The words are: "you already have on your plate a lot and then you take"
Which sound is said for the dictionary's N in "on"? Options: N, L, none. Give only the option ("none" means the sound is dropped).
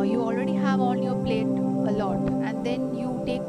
L